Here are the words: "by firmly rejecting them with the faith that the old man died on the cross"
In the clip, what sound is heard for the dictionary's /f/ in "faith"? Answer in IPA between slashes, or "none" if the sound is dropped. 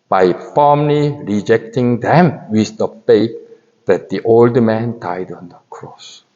/p/